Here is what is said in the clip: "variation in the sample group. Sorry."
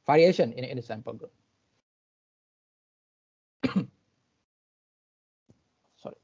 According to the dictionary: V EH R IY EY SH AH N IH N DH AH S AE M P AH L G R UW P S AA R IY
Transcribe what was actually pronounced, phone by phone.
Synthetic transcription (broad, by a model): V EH R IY EY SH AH N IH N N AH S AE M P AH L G UW S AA R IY